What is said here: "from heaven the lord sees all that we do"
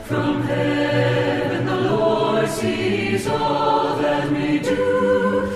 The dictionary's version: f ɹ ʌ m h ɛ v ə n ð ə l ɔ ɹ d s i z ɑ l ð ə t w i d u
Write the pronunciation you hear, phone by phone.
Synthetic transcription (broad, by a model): f ɹ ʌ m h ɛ b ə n ð ə l ɔ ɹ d s i z ɑ l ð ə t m i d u